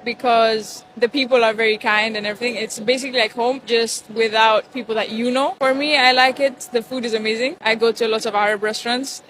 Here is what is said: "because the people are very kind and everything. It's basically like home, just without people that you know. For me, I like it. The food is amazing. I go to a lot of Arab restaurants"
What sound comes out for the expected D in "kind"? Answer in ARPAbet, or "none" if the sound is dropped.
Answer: D